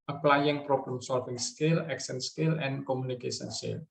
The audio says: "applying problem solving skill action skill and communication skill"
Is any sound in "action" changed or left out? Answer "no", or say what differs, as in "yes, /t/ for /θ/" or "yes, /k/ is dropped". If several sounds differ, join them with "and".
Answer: yes, /s/ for /ʃ/